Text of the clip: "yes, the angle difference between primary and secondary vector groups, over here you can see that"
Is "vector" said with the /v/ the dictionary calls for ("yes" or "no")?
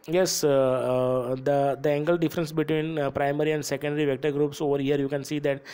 yes